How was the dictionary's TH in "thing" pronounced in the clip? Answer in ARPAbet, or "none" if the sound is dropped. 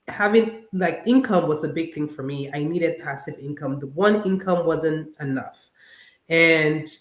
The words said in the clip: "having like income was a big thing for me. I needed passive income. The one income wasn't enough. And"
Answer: TH